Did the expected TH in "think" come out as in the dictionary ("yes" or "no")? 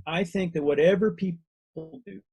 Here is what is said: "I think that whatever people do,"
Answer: yes